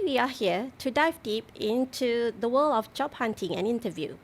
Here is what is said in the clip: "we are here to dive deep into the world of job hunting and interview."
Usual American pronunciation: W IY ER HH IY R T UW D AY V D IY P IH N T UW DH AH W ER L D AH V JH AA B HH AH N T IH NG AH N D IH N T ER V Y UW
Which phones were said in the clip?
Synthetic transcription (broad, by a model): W IY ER HH IY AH T UW D AY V D IY P IH N T UW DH AH W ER L AH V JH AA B HH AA N T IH NG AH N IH N T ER V Y UW